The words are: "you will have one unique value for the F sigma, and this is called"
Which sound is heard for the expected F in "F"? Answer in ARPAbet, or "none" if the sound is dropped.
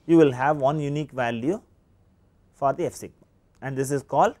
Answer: F